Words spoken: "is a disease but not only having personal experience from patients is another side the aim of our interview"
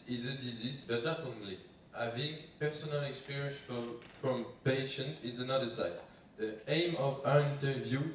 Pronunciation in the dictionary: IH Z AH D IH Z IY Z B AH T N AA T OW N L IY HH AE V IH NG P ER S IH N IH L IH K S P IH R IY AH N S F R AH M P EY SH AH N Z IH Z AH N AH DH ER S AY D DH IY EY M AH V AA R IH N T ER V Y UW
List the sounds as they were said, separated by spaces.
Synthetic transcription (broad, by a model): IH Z AH D IH Z IY Z B AH T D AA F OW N L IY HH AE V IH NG P ER S IH N IH L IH K S P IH R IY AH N S F R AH M P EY SH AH N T IH Z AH N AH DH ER S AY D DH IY EY M AH V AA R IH N T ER V Y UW